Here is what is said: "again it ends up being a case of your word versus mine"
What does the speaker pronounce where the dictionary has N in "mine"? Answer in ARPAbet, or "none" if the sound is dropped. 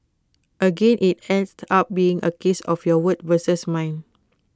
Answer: N